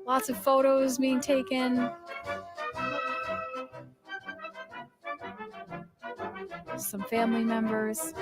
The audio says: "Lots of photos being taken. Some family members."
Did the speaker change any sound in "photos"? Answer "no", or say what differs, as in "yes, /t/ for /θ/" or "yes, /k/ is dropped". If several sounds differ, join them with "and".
no